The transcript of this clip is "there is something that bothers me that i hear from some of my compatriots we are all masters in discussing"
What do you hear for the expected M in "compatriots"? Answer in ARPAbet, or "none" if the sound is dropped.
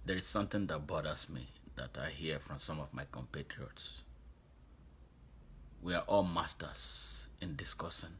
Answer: M